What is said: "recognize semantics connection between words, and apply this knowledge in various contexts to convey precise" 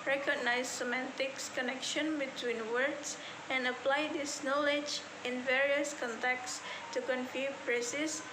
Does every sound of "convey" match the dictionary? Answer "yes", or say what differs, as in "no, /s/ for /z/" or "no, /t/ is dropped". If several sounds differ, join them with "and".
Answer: no, /f/ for /v/